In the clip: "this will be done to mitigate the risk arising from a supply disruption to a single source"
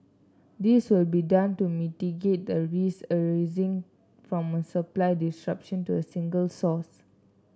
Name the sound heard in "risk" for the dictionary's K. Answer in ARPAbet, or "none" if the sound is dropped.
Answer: none